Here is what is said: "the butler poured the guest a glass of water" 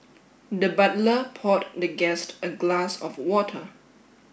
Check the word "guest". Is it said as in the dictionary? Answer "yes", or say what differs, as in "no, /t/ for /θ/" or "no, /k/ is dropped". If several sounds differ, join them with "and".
yes